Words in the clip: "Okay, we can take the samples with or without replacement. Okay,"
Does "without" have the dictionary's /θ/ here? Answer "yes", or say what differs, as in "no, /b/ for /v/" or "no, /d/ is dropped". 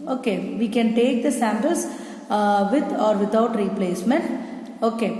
no, /t/ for /θ/